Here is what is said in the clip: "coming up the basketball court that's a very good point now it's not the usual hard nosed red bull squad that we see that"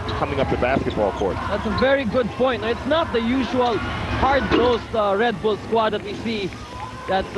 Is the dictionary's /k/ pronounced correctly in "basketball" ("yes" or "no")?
yes